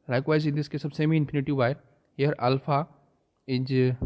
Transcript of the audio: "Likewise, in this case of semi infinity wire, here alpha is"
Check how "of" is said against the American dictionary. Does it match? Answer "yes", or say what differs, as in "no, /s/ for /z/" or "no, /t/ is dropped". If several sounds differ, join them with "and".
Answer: no, /b/ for /v/